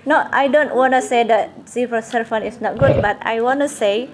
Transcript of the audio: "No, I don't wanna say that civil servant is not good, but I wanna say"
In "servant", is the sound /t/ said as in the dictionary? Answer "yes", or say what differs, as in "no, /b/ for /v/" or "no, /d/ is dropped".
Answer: no, /t/ is dropped